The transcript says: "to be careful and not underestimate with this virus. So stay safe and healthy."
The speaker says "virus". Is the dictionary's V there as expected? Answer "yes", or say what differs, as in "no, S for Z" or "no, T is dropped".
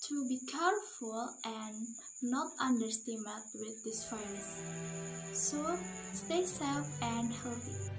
no, F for V